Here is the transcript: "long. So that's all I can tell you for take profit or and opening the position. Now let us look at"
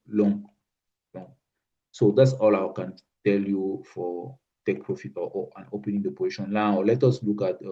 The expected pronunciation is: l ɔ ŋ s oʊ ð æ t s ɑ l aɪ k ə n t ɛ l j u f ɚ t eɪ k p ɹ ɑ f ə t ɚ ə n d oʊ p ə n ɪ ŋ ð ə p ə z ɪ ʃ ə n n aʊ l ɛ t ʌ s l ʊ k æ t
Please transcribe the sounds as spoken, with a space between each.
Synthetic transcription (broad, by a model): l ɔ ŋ s oʊ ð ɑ t s ɑ l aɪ k ə n t ɛ l j u f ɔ t eɪ k p ɹ ɑ f ə t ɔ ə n oʊ p ə n ɪ ŋ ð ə p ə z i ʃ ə n l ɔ l ɛ t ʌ s l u k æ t